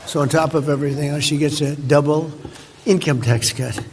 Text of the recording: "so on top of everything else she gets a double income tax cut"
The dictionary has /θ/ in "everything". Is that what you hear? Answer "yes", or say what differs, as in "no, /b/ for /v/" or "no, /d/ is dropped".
yes